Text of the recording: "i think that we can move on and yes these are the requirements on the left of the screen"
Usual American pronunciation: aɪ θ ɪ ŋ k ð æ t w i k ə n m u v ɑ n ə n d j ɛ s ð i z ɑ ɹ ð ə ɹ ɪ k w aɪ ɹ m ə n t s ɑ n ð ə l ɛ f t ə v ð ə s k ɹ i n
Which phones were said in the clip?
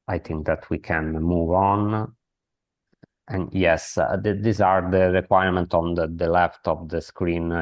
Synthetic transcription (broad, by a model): aɪ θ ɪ ŋ k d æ t w i k ə n m u v ɑ n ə n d j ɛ s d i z ɑ ɹ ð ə ɹ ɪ k w aɪ ɹ m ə n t ɑ n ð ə l ɛ f t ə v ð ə s k ɹ i n